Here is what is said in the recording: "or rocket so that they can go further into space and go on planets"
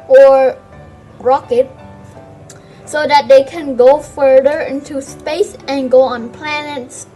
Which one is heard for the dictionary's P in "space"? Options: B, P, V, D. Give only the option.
P